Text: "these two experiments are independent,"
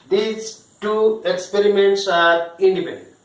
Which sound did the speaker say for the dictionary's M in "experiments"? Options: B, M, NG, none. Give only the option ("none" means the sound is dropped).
M